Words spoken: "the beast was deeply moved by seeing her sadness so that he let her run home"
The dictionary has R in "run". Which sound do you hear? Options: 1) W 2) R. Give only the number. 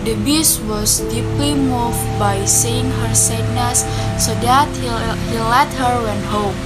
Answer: 1